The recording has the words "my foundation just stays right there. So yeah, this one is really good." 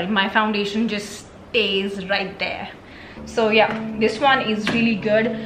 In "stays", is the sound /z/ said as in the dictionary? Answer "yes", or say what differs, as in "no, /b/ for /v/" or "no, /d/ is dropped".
yes